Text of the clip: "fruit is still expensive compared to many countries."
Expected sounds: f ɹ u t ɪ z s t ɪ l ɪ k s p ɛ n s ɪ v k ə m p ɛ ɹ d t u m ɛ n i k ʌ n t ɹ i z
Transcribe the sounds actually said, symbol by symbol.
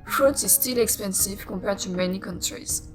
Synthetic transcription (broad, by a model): f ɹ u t ɪ z s t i l ɪ k s p ɛ n s ɪ v k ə p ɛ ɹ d t u m ɛ n i k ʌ n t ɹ i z